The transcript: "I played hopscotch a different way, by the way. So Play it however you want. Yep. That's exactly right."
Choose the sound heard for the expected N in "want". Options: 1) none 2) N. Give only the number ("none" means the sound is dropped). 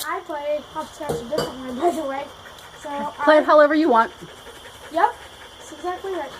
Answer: 2